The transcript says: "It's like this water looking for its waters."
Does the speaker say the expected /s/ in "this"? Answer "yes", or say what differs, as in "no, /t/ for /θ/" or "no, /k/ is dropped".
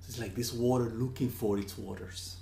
yes